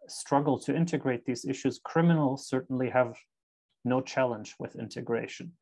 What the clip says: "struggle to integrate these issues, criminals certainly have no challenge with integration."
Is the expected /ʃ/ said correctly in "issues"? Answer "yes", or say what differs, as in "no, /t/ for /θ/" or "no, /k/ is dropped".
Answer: yes